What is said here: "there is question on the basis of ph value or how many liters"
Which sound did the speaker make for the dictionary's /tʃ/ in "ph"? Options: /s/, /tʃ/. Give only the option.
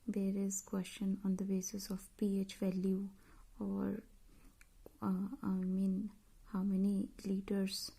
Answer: /tʃ/